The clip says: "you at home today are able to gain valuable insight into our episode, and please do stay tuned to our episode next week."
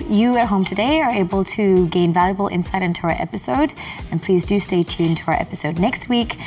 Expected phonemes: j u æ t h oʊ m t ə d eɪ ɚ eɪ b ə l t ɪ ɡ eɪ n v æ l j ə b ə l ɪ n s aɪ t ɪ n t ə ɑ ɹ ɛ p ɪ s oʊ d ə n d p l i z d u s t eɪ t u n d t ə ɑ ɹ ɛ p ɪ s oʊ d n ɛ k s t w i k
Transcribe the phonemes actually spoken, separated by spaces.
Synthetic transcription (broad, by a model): j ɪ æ t h oʊ m t ə d eɪ ɚ eɪ b l t ɪ ɡ eɪ n v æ l j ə b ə l ɪ n s aɪ t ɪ n t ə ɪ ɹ ɛ p ɪ s oʊ d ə n p l i z d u s t eɪ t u n t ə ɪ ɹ ɛ p ɪ s oʊ d n ɛ k s t w i k